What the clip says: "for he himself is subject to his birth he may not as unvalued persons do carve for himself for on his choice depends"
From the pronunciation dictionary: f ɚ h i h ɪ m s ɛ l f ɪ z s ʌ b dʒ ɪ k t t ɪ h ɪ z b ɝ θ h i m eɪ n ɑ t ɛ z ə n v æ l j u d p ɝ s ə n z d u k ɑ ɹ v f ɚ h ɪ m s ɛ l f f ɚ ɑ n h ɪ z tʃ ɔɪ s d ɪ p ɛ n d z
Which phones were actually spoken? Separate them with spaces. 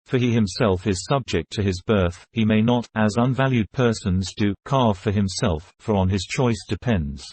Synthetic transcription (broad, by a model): f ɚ i h ɪ m s ɛ l f ɪ z s ʌ b dʒ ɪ k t t ɪ ɪ z b ɝ θ h i m eɪ n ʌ t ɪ z ə n v æ l j u d p ɝ s ə n z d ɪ k ɑ ɹ v f ɚ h ɪ m s ɛ l f f ɚ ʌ n ɪ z tʃ ɔɪ s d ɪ p ɛ n d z